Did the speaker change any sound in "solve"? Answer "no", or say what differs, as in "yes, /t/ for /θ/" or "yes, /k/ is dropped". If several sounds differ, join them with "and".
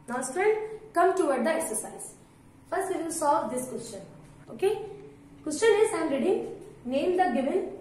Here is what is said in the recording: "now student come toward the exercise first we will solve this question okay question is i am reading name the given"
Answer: yes, /l/ is dropped